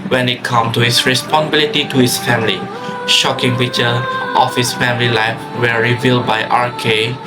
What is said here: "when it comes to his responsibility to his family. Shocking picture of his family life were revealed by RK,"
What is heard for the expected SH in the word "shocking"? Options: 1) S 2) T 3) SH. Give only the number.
3